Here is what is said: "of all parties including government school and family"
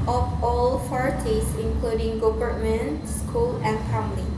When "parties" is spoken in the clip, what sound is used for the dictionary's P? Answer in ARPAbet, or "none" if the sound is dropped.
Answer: F